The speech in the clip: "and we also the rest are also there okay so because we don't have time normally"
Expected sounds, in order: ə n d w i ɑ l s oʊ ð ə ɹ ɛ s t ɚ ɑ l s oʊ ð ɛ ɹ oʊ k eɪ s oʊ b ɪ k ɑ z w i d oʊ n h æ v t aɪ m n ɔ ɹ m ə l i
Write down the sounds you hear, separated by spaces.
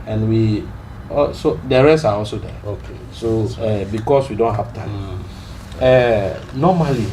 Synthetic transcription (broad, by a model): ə n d w i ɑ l s oʊ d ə ɹ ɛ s ɑ ɑ l s oʊ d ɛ oʊ k eɪ s oʊ b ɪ k ɑ s w i d oʊ n h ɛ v t aɪ m n ɔ m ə l i